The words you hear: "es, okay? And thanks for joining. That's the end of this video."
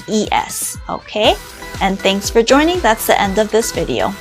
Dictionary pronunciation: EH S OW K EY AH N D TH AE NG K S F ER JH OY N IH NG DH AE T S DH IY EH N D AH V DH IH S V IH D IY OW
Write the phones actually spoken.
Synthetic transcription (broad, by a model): EH S OW K EY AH N TH AE NG K S F ER JH OY N IH NG DH AE T S DH IY EH N D AH V DH IH S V IH D IY OW